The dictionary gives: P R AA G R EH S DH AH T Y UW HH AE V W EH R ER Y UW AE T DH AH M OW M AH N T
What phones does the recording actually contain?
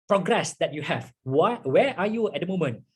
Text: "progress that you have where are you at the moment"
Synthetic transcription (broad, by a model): P R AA G R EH S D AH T Y UW HH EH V W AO W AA Y UW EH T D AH M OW M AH N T